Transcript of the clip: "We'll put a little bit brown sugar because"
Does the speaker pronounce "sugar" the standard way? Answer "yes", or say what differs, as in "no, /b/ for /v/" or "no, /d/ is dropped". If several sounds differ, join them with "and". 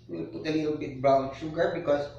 yes